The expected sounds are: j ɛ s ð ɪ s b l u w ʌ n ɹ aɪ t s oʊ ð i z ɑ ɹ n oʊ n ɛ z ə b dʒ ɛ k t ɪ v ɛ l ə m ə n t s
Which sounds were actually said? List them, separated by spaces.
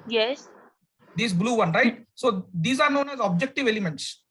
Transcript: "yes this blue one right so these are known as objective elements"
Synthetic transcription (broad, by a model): j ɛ s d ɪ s b l u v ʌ n ɹ aɪ t s oʊ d i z ɑ ɹ n oʊ n ɛ z ə b dʒ ɛ k t ɪ v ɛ l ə m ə n t s